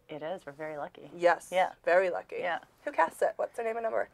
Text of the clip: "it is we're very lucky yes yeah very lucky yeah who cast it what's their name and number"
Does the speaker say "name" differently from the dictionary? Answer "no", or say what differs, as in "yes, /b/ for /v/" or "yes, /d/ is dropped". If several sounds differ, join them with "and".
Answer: yes, /m/ is dropped